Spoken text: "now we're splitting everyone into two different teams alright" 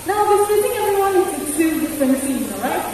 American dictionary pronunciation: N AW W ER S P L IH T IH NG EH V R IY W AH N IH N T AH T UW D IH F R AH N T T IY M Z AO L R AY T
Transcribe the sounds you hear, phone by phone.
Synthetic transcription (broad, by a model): N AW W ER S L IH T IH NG EH V R IY W AH N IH T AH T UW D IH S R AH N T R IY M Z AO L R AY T